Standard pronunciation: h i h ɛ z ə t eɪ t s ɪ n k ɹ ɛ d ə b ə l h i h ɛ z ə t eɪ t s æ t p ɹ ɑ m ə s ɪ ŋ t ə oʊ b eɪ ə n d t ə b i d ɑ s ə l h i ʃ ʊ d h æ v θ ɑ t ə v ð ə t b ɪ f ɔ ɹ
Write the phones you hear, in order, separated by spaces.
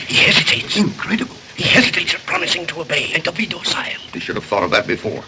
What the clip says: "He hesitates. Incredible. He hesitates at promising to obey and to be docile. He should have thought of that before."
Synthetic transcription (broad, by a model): h i h ɛ z ə t eɪ t s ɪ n k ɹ ɛ d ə b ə l h i h ɛ z ə t eɪ t s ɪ p ɹ ɑ m ə s ɪ ŋ t ə oʊ b eɪ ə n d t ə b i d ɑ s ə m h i ʃ ʊ d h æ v θ ɑ t ə v ð ə t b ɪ f ɔ ɹ